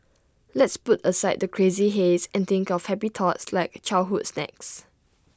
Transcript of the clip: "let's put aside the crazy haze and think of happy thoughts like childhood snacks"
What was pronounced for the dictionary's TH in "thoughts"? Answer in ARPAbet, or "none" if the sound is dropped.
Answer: T